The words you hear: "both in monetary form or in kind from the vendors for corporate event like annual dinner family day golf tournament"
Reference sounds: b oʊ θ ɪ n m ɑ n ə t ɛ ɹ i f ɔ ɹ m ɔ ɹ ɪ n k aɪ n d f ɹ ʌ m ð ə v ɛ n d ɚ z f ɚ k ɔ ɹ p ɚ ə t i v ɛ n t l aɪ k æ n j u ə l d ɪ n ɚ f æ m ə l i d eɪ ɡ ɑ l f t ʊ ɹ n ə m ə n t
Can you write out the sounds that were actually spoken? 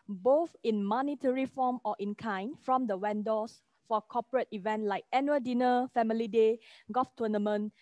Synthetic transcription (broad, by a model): b oʊ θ ɪ n m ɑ n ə t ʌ ɹ i f ɔ m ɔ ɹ ɪ n k aɪ n f ɹ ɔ m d ə w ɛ n d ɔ s f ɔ k ɔ p ɚ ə t i v ɛ n t l aɪ k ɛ n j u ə d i n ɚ f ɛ m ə l i d eɪ ɡ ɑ f t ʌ n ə m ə n